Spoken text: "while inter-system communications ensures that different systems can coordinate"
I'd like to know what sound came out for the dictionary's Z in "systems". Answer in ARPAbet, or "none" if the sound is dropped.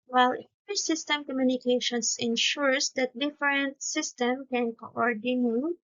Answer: none